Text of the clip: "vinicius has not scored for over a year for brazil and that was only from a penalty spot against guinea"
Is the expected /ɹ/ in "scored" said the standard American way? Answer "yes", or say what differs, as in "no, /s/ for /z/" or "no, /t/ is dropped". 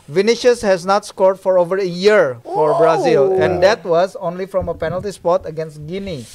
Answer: yes